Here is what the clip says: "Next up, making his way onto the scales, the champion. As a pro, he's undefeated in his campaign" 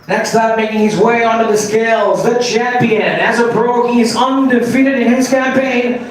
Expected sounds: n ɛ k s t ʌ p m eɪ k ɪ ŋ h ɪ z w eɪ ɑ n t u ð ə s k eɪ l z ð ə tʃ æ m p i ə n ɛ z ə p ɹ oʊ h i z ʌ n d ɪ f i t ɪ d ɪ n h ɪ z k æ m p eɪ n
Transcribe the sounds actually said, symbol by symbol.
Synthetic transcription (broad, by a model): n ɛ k s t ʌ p m eɪ k ɪ ŋ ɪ z w eɪ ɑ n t ð ə s k eɪ l z ð ə tʃ æ m p i ə n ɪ z ə b ɹ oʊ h i z ʌ n d ɪ f i t ɪ d ɪ n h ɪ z k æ m p eɪ n